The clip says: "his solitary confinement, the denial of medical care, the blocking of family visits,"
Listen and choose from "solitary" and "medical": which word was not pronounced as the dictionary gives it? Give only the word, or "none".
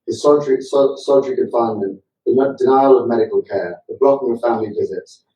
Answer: solitary